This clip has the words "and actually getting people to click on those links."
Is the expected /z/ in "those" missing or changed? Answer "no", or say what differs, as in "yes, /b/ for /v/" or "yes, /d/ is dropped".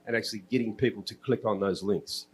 no